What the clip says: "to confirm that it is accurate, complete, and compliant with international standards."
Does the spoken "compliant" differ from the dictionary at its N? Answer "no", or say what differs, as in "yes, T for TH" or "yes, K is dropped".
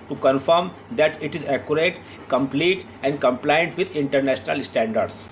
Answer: no